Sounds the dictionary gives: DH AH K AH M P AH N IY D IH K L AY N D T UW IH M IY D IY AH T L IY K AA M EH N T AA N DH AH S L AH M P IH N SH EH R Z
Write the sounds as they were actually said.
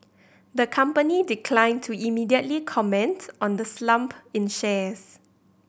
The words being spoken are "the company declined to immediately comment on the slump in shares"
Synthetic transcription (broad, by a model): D AH K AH M P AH N IY D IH K L AY N T UW IH M IY D IY AH T L IY K AA M EH N T AA N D AH S L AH M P IH N SH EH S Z